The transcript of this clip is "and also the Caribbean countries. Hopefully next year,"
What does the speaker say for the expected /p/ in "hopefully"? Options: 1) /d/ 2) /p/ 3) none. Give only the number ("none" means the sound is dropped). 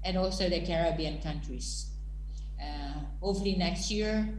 3